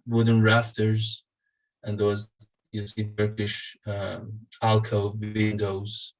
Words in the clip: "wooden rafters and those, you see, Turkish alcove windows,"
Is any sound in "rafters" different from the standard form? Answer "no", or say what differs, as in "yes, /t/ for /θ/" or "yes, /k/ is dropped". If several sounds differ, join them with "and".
no